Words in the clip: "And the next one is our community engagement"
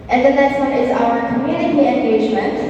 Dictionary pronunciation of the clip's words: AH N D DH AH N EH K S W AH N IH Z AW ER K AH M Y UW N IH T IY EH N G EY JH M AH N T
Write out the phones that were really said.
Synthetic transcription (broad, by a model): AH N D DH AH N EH S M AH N IH Z AW ER K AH M Y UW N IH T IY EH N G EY JH M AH N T